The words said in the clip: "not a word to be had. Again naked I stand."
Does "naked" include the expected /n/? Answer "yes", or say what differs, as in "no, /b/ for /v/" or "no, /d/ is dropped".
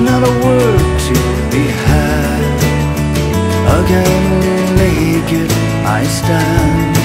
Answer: no, /l/ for /n/